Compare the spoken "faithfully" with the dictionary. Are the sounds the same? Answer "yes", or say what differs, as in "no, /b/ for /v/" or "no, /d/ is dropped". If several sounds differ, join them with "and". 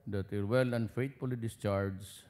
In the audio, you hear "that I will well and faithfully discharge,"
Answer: no, /t/ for /θ/